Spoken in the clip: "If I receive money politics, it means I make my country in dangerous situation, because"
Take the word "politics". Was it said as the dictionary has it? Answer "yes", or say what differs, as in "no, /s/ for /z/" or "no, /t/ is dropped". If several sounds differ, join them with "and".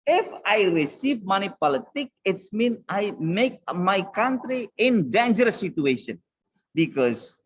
no, /s/ is dropped